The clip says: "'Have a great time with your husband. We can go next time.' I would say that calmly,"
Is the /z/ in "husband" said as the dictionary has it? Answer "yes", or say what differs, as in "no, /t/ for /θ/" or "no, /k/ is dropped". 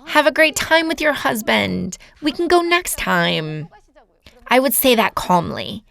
yes